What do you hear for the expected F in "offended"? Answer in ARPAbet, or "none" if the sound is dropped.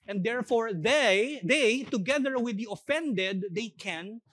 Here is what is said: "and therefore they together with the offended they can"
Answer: F